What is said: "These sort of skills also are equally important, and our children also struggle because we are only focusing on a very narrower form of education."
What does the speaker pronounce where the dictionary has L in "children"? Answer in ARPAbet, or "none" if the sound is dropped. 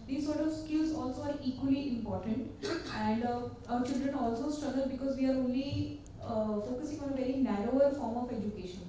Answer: L